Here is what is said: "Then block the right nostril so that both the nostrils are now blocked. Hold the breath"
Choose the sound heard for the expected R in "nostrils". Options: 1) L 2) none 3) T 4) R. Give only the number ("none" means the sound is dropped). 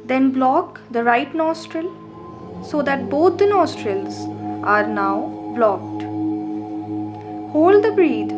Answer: 4